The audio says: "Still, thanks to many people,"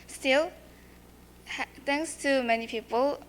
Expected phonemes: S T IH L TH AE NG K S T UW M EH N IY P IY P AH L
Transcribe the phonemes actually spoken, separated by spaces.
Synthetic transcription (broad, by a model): S T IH L T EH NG K S T UW M EH N IY P IY P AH L